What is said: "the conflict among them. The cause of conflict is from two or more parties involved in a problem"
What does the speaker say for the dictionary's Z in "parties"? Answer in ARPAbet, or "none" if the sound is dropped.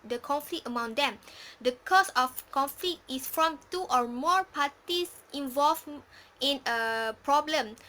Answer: S